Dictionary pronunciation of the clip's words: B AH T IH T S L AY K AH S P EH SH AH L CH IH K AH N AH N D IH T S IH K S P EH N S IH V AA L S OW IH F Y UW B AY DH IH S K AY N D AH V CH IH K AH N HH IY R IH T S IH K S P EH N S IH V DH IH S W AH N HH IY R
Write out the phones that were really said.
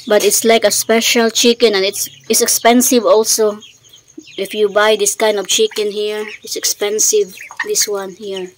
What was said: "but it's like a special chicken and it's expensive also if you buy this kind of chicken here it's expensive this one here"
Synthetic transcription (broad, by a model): B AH T IH T S L AY K AH S P EH SH AH L CH IH K AH N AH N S IH T S IH K S P EH N S IH V AA L S OW IH F Y UW B AY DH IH S K AY N D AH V CH IH K AH N HH IY R IH T S IH K S P EH N S IH V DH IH S W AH N HH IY R